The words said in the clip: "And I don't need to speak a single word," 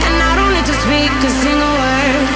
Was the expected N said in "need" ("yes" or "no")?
no